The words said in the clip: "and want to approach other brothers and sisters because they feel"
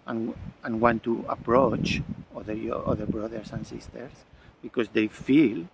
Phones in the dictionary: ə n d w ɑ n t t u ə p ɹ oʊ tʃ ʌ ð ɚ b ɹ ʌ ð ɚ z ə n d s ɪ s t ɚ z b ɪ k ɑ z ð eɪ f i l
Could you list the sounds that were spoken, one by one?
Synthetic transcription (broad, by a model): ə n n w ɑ n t t u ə p ɹ oʊ tʃ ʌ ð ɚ b ɹ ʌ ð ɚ s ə n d s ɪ s t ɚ s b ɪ k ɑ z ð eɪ f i l